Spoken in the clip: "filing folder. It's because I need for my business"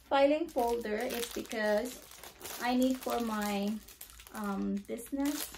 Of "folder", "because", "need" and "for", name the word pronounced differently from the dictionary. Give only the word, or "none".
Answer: none